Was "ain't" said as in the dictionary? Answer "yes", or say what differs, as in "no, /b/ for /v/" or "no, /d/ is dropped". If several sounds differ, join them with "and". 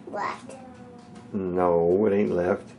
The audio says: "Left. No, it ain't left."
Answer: yes